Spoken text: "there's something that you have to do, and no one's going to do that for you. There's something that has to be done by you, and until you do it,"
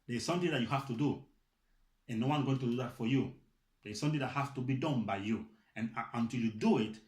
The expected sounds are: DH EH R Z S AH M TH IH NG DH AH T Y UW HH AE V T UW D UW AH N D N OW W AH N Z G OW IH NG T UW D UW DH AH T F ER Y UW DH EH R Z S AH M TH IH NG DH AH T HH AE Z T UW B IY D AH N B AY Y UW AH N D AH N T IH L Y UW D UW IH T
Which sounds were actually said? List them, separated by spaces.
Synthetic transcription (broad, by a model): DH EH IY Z S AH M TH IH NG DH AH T Y UW HH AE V T UW D UW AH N N OW W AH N G OW IH NG T UW D UW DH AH T F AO Y UW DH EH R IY S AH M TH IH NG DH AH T HH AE S T UW B IY D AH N B AY Y UW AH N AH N T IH L Y UW D UW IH T